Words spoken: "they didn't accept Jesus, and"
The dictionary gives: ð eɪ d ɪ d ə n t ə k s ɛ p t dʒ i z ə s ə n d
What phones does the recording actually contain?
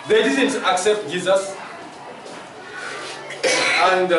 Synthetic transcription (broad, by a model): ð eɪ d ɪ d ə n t ə k s ɛ p t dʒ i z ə s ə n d